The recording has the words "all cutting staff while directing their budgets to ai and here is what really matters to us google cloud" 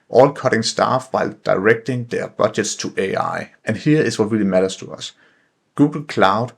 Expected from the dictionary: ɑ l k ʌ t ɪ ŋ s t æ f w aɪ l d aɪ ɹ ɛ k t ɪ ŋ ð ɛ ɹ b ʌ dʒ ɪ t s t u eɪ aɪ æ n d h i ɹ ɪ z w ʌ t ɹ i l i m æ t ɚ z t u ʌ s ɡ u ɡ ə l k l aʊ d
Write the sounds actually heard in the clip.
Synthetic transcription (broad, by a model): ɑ l k ʌ t ɪ ŋ s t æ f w aɪ l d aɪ ɹ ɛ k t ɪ ŋ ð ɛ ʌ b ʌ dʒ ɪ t s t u eɪ aɪ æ n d h i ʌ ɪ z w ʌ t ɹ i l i m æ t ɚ s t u ʌ s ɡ u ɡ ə l k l aʊ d